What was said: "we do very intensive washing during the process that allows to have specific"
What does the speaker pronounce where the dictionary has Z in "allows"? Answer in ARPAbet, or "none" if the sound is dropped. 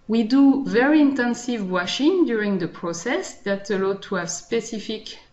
none